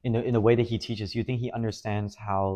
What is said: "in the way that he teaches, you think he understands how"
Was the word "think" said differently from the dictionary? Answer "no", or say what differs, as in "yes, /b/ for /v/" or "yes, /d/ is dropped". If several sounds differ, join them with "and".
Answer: no